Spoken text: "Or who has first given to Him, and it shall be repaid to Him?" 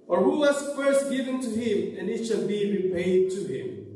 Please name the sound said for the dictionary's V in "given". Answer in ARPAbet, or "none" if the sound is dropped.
V